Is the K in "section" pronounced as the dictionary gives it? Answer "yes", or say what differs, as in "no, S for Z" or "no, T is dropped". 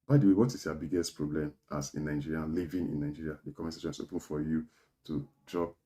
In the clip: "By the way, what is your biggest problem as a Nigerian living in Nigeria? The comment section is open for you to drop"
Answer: no, K is dropped